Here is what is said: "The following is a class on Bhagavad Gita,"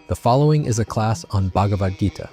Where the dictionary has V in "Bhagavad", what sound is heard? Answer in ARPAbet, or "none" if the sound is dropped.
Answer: V